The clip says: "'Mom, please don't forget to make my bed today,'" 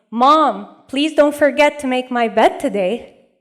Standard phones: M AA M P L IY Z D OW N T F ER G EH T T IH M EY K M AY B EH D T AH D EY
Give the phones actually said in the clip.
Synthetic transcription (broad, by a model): M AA M P L IY Z D OW N T F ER G EH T T IH M EY K M AY B EH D T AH D EY